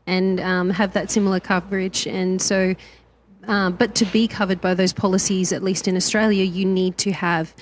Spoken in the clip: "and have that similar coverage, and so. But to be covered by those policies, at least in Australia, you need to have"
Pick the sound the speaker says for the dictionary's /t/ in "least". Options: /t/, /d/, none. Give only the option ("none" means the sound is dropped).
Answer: /t/